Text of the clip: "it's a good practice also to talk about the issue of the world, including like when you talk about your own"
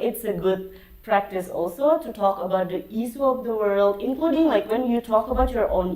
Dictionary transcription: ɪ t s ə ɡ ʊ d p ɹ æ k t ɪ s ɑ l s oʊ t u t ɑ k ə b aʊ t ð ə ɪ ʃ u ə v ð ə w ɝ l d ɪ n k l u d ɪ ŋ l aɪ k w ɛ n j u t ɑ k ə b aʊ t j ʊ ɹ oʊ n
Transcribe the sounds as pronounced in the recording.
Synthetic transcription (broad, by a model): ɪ t s ə ɡ ʊ d p ɹ æ k t ɪ s ɑ l s oʊ t u t ɑ k ə b aʊ t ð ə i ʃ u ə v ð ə w ɝ l d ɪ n k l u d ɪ ŋ l aɪ k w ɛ n j u t ɑ k ə b aʊ t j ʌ ɹ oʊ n